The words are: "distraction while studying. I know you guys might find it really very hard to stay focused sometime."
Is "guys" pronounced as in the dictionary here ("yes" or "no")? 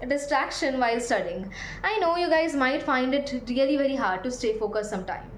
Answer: yes